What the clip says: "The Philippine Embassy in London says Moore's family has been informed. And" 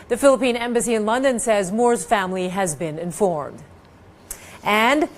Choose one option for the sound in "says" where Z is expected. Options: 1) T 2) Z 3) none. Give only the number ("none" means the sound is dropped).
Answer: 2